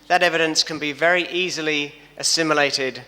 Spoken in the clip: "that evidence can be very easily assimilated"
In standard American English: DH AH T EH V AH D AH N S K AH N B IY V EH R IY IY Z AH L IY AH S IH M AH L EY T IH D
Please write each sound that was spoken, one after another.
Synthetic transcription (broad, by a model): DH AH T EH V AH D AH N S K AH N B IY V EH R IY IY Z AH L IY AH S IH M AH L EY T IH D